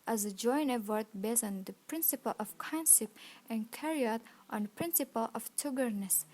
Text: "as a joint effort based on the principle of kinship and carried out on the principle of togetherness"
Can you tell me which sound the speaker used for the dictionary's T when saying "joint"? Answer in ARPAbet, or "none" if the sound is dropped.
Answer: none